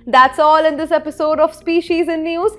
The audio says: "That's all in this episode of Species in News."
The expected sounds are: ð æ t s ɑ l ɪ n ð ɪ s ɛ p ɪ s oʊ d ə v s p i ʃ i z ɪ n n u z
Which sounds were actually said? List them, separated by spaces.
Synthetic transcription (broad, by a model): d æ t s ɑ l ɪ n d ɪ s ɛ p ɪ s oʊ d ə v s p i ʃ i z ɪ n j u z